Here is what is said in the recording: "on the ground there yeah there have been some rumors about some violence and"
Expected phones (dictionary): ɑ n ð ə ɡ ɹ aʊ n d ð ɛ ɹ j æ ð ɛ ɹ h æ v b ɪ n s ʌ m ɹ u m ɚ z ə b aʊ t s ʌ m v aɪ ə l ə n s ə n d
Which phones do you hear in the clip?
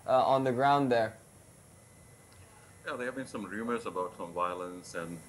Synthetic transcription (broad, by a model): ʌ n ð ə ɡ ɹ aʊ n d ð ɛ ɹ j æ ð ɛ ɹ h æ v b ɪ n s ʌ m ɹ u m ɚ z ə b aʊ t s ʌ m v aɪ ə l ə n s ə n